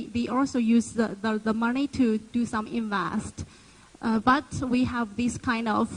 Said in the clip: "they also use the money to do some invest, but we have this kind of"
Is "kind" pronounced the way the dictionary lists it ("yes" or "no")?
yes